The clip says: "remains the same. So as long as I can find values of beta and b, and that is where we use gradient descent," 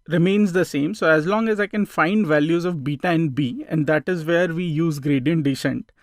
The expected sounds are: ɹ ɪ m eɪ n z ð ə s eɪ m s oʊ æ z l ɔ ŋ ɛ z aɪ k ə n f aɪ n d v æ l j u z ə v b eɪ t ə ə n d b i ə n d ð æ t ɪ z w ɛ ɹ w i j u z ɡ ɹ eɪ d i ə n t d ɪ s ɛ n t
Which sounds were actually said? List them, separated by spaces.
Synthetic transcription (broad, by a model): ɹ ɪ m eɪ n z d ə s eɪ m s oʊ æ z l ɔ ŋ ɛ z aɪ k ə n f aɪ n d v æ l j u z ə v b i t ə ə n d b i ə n d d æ t ɪ z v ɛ ɹ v i j u z ɡ ɹ eɪ d i ə n t d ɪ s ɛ n t